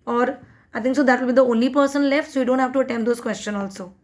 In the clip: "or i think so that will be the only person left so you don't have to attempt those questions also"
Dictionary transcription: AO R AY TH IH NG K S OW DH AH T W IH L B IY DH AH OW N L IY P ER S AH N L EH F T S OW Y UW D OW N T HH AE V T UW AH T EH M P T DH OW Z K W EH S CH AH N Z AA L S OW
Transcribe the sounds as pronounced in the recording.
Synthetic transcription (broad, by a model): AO R AY T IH NG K S OW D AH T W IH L B IY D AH OW N L IY P ER S AH N L EH F T S OW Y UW D OW N T HH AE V T UW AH T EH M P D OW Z K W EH S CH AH N AA L S OW